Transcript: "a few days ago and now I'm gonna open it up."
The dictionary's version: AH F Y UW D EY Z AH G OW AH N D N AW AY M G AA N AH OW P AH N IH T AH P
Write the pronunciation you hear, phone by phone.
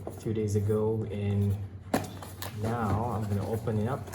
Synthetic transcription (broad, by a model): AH F Y UW D EY Z AH G OW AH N N AW AY M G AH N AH OW P AH N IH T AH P